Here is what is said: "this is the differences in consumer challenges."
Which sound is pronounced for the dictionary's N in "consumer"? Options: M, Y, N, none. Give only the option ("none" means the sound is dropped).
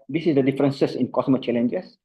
none